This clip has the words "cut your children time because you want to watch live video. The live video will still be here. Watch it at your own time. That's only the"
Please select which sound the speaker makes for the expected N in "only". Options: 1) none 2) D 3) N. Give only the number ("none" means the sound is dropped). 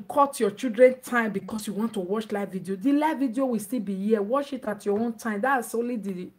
1